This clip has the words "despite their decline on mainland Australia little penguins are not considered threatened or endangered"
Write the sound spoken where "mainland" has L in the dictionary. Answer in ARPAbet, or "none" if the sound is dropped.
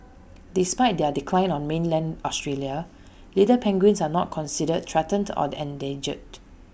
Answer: L